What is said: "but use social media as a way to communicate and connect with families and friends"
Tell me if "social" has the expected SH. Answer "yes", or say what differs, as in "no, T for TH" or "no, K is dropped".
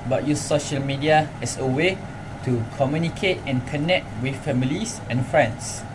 yes